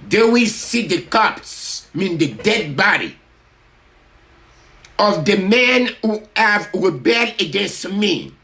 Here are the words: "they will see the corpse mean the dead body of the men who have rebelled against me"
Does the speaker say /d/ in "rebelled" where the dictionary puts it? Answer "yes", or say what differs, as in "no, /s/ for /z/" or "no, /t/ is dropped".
no, /d/ is dropped